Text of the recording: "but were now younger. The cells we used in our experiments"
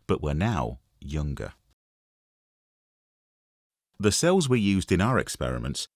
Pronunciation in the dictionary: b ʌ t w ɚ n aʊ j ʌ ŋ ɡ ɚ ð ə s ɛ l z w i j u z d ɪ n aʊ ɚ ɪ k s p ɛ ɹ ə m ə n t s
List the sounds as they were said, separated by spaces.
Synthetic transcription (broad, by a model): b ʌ t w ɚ n aʊ j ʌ ŋ ɡ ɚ ð ə s ɛ l z w i j u z d ɪ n aʊ ɚ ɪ k s p ɛ ɹ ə m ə n t s